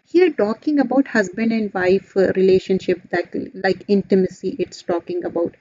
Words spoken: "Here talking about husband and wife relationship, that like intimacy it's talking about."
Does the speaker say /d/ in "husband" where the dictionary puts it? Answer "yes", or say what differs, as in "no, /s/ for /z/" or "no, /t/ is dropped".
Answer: no, /d/ is dropped